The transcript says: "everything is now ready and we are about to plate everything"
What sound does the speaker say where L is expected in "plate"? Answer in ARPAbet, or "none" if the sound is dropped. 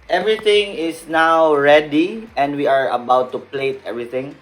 L